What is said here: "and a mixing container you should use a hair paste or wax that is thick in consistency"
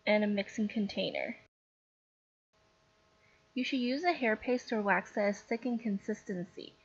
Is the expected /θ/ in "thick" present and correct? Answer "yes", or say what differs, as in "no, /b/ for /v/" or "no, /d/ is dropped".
no, /s/ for /θ/